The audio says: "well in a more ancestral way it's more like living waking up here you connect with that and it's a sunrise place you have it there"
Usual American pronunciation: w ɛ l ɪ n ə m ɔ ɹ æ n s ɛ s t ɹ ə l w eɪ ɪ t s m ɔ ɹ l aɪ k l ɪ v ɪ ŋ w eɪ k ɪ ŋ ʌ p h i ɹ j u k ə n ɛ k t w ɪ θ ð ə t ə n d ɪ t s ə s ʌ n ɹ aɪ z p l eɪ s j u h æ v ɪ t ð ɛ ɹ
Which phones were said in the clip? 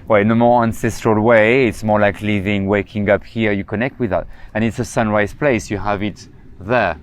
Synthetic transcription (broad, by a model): w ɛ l n ə m ɔ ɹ æ n s ɛ s t ɹ ə l w eɪ ɪ t s m ɔ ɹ l aɪ k l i v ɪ ŋ w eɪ k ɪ ŋ ʌ p h i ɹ j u k ə n ɛ k t w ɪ ð ə t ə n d ɪ t s ə s ʌ n ɹ aɪ z p l eɪ s j u h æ v ɪ t ð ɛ ɹ